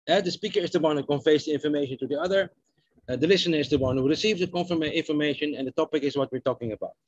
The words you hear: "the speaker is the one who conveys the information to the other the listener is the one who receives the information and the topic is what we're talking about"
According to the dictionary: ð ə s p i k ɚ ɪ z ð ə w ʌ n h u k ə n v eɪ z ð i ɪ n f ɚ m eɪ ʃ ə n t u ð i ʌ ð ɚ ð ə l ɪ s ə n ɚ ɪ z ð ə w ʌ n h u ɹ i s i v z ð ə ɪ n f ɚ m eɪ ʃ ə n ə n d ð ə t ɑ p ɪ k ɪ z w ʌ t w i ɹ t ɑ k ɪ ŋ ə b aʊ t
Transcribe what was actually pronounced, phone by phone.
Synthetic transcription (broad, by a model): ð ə s p i k ɚ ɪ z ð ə w ʌ n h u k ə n f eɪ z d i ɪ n f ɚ m eɪ ʃ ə n t u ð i ʌ ð ɚ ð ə l ɪ s ə n ɚ ɪ z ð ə w ʌ n h u ɹ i s i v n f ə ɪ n f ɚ m eɪ ʃ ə n ə n d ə t ɑ p ɪ k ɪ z w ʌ t w i ɹ t ɑ k ɪ ŋ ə b aʊ t